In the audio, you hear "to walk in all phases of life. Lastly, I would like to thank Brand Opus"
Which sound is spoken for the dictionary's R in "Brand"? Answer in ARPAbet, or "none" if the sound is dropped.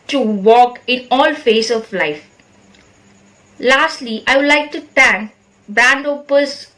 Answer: none